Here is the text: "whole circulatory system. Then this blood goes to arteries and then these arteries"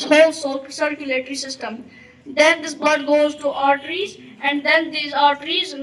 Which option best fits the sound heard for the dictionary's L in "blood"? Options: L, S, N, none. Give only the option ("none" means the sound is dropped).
none